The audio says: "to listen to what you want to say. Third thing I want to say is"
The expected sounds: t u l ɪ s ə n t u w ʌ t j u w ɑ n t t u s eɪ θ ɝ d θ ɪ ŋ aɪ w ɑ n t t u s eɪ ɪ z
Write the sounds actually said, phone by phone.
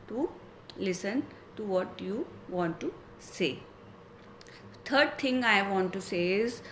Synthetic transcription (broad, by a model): t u l ɪ s ə n t u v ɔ t j u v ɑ n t t u s eɪ t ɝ d t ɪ ŋ aɪ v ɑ n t t u s eɪ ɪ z